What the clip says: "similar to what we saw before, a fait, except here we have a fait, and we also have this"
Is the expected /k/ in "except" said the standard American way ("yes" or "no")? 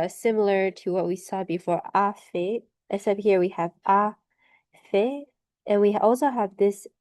no